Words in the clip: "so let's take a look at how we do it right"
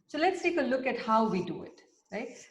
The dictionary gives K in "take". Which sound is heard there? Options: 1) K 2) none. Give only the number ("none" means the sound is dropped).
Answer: 1